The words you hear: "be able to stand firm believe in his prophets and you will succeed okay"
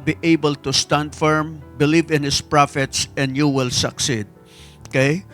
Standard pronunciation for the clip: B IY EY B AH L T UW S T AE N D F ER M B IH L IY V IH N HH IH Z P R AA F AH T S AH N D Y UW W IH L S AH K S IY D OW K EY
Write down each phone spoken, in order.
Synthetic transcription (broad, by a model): B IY EY B AH L T UW S T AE N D F ER M B IH L IY V IH N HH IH S P R AA F AH T S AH N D Y UW W IH L S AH K S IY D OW K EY